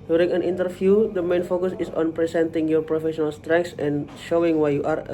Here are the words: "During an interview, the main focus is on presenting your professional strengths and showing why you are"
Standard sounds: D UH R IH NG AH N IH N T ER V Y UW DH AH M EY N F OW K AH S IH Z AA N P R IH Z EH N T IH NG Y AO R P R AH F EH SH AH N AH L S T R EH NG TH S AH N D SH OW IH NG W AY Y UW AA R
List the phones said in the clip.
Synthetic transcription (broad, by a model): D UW R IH NG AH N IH N T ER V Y UW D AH M EY N F OW K AH S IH S AA N P R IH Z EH N T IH NG Y AO R P R AH F EH SH AH N AH L S T R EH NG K S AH N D SH OW IH NG W AY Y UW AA R